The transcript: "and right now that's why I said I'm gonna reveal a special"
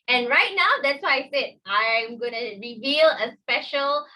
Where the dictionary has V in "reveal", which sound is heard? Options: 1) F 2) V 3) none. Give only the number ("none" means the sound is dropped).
2